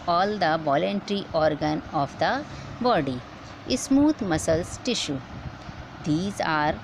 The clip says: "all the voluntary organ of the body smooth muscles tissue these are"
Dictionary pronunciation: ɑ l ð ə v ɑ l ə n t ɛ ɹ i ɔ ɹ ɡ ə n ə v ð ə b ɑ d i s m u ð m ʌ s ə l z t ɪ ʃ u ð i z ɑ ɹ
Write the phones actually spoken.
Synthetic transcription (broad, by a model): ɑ l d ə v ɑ l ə n t ɹ i ɔ ɹ ɡ ə n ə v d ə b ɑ d i s m u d m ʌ s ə l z t ɪ ʃ u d i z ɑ ɹ